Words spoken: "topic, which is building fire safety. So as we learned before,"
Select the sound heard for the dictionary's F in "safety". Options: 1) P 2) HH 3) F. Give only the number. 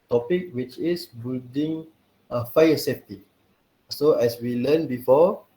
1